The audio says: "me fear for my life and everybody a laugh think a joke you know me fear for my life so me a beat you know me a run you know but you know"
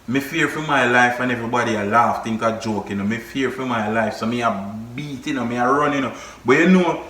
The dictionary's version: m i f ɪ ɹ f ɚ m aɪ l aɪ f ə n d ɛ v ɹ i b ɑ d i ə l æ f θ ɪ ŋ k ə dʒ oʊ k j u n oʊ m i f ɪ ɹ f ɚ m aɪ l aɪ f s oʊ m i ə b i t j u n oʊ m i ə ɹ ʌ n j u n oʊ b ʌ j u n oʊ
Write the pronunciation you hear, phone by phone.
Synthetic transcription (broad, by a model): m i f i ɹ f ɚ m aɪ l aɪ f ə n ɛ v ɹ i b ɑ d i ə l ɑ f t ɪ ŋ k ə dʒ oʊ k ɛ n oʊ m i f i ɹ f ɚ m aɪ l aɪ f s oʊ m i ə b i t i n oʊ m i ə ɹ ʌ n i n oʊ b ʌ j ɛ n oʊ